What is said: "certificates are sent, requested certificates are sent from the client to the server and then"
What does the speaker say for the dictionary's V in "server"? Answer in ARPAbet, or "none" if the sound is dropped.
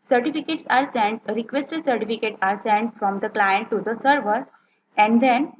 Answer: V